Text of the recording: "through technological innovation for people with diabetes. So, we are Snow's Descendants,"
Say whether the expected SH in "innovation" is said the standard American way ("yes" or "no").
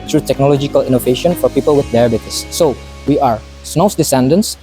yes